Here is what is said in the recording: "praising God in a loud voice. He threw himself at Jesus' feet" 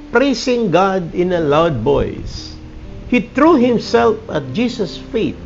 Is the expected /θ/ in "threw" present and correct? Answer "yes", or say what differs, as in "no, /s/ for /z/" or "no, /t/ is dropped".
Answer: no, /t/ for /θ/